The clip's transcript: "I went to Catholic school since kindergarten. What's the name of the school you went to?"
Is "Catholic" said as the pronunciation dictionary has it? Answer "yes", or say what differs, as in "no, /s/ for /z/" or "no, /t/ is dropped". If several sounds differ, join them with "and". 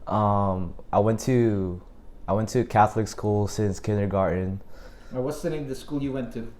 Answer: yes